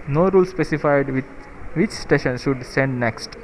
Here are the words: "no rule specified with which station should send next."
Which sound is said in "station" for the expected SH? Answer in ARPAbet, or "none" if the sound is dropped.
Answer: SH